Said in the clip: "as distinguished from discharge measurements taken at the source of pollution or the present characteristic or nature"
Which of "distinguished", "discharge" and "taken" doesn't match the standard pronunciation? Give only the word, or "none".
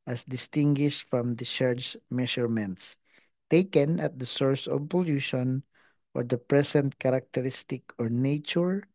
discharge